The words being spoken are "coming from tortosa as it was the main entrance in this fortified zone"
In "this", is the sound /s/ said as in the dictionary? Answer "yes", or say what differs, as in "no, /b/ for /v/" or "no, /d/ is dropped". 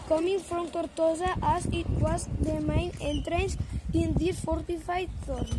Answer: no, /s/ is dropped